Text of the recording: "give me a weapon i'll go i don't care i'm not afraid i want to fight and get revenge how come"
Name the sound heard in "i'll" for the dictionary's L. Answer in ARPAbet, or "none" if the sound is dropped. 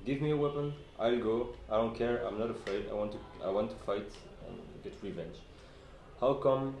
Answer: L